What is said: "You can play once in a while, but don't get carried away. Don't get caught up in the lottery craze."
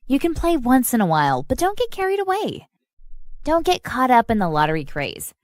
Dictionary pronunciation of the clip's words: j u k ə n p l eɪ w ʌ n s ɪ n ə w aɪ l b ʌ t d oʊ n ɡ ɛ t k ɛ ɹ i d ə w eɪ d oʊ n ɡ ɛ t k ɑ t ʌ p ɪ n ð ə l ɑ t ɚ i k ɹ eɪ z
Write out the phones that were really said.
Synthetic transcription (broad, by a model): j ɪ k ə n p l eɪ w ʌ n s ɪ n ə w aɪ l b ʌ t d oʊ n ɡ ɛ t k ɛ ɹ i d ə w eɪ d oʊ n ɡ ɛ t k ɑ t ʌ p ɪ n ð ə l ɑ t ɚ i k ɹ eɪ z